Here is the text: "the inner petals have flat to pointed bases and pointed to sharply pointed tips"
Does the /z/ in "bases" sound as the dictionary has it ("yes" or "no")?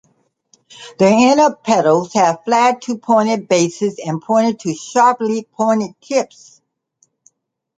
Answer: yes